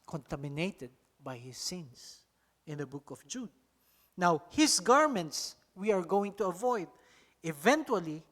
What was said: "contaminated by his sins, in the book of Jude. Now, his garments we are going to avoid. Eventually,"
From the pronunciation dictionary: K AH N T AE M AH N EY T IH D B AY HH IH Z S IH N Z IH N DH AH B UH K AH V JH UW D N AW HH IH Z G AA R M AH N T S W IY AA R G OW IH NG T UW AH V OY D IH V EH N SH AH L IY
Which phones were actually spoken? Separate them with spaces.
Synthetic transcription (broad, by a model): K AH N T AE M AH N EY T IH D B AY HH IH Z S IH N S IH N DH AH B UH K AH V JH UW D N AW HH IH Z G AA R M AH N T S W IY AA R G OW IH NG T UW AH V OY D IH V EH N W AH L IY